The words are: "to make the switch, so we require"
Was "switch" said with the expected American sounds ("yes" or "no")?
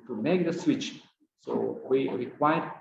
yes